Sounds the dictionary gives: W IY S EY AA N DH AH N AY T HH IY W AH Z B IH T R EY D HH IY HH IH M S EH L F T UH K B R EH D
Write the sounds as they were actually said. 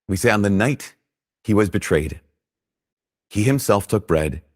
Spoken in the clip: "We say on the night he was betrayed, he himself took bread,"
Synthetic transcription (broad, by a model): W IY S EY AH N DH AH N AY T HH IY W AH Z B IH T R EY D HH IY HH IH M S EH L F T UH K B R EH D